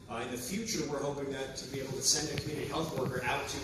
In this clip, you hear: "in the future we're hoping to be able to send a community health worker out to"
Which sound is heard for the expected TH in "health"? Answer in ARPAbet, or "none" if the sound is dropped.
TH